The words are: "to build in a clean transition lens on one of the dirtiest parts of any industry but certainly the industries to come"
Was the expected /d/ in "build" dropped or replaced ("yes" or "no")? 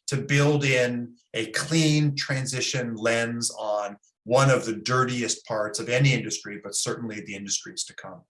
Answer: no